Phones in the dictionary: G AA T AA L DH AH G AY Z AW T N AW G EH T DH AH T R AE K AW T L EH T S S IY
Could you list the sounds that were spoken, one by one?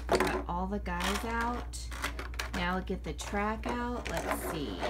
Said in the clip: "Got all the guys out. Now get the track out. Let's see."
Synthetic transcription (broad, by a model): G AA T AA L DH AH G AY Z AW T N AW G EH T DH AH T R AE K AW T L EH T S S IY